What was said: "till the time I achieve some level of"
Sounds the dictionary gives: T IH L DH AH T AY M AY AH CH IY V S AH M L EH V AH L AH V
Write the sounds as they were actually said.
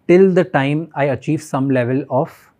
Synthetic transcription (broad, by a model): T IH L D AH T AY M AY AH CH IY V S AH M L EH V AH L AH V